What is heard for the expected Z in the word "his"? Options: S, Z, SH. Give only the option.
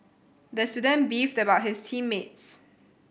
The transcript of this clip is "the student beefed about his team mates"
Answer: S